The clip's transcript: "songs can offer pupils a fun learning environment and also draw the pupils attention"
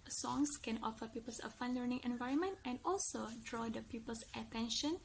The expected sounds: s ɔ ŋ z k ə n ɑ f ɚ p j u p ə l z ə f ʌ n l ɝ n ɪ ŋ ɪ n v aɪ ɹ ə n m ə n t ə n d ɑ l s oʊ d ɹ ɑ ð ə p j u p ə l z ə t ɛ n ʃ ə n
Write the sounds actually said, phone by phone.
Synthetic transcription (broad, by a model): s ɔ ŋ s k ə n ɑ f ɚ p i p ə l s ə f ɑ n l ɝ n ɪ ŋ ɪ n v aɪ ɹ ə n m ə n t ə n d ɑ l s oʊ d ɹ ɑ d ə p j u p ə l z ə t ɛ n ʃ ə n